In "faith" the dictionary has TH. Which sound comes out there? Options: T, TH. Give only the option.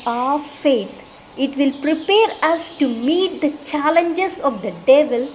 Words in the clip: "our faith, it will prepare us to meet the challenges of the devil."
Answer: T